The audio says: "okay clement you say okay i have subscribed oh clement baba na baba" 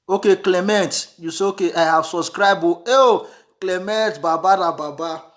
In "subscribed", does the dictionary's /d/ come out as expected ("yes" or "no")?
no